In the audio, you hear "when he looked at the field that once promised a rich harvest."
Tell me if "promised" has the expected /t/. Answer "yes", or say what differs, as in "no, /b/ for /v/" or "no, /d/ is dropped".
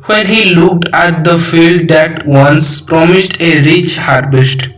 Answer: yes